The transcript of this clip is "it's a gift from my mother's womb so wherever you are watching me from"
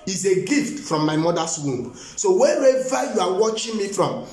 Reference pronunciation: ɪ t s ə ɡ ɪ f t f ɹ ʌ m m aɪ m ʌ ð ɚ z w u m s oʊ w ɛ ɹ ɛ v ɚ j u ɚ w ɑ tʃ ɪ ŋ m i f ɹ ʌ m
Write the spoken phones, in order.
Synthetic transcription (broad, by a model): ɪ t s ə ɡ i f t f ɹ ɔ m m aɪ m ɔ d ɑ s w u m s oʊ w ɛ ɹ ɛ v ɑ j u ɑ w ɑ tʃ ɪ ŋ m i f ɹ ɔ m